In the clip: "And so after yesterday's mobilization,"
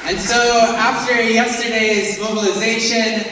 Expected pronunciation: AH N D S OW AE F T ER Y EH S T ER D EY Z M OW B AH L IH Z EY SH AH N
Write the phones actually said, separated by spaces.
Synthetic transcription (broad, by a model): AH N S OW AE F T ER Y EH S T ER D EY Z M OW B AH L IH Z EY SH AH N